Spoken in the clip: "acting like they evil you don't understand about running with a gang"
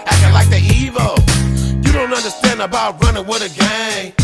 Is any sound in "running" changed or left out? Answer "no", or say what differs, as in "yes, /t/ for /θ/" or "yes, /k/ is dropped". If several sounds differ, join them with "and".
no